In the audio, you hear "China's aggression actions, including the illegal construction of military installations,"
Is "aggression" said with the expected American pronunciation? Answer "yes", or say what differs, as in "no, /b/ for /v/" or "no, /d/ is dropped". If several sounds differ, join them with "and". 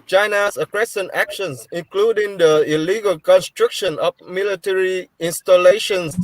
no, /s/ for /ʃ/